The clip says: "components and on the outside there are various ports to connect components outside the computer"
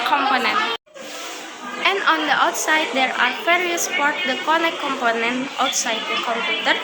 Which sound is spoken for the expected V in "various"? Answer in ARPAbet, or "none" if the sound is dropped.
F